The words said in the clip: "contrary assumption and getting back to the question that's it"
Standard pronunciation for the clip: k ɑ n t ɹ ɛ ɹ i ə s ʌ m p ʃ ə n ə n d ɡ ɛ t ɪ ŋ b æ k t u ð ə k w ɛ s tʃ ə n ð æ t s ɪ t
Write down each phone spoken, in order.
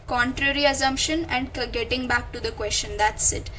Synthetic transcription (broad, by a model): k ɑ n t ɹ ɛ ɹ i ə s ʌ m p ʃ ə n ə n d ɡ ɛ t ɪ ŋ b æ k t u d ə k w ɛ s tʃ ə n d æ t s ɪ t